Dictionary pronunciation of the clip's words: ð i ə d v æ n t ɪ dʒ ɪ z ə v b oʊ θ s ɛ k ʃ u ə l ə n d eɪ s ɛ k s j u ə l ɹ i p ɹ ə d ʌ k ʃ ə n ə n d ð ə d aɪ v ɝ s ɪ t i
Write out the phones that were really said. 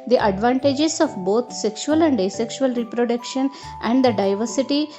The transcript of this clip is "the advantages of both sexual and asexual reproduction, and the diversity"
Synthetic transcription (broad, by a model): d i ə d v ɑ n t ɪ dʒ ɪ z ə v b oʊ t s ɛ k ʃ u ə l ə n d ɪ s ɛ k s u ə l ɹ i p ɹ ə d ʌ k ʃ ə n ə n d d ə d aɪ v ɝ s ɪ t i